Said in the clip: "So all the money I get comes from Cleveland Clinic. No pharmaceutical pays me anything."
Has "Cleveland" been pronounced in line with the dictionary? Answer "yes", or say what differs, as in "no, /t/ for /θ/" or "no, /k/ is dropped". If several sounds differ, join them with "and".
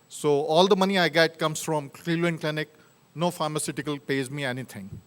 no, /v/ is dropped